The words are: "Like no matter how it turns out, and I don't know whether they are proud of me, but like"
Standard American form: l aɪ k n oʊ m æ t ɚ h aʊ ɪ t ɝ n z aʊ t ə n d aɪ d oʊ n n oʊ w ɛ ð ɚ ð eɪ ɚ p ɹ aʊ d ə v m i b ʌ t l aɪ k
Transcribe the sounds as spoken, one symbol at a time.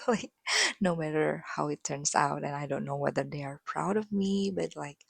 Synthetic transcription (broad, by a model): l aɪ k n oʊ m æ t ɚ h aʊ ɪ t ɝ n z aʊ t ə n aɪ d oʊ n n oʊ w ɛ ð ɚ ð eɪ ɚ p ɹ aʊ d ə v m i b ʌ t l aɪ k